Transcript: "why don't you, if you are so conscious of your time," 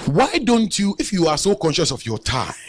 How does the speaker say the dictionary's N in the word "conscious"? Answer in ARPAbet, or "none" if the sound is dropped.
N